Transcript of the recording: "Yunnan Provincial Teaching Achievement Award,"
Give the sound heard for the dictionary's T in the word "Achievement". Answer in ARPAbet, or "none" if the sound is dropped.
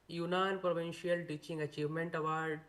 T